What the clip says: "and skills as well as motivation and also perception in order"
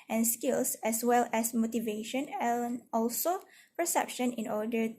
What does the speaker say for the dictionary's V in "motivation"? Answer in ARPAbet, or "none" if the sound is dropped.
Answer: V